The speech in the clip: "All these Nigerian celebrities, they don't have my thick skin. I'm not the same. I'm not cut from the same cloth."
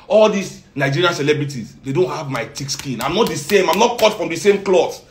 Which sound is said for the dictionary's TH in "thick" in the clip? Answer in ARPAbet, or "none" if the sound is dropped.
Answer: T